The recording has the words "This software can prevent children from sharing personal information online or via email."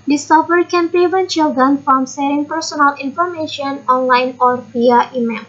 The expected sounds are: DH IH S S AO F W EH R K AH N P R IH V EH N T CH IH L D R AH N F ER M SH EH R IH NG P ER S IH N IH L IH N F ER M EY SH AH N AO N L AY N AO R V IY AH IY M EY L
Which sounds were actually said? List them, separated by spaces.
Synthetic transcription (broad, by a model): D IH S S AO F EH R K AH N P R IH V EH N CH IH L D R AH N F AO M S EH R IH NG P ER S IH N IH L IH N F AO M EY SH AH N AO N L AY N AO R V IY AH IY M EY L